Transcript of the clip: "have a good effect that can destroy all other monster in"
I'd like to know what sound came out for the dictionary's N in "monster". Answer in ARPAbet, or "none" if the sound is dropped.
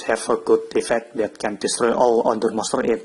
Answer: none